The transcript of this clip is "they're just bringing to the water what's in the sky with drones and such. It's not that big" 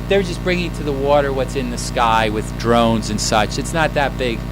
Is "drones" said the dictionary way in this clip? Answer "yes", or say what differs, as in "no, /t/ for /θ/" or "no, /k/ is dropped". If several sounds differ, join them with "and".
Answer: yes